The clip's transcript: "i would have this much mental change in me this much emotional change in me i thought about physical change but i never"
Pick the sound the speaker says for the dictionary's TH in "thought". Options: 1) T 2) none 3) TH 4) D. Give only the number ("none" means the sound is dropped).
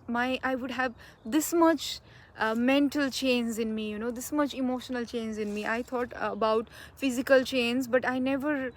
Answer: 1